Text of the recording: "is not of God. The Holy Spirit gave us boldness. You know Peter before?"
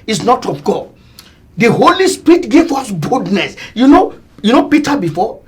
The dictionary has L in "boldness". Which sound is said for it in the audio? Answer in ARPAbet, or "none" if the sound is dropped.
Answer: none